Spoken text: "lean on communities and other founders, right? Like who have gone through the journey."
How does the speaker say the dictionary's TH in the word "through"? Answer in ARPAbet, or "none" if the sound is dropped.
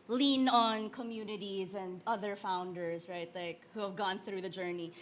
TH